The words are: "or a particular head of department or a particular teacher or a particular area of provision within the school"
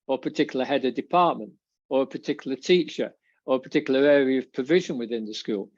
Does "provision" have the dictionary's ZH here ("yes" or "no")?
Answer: yes